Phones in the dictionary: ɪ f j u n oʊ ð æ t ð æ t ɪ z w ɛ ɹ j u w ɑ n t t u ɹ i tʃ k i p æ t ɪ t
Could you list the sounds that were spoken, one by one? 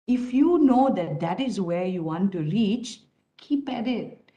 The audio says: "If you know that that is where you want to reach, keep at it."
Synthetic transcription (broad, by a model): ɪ f j u n oʊ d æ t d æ t ɪ z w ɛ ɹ j u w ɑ n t t u ɹ i tʃ k i p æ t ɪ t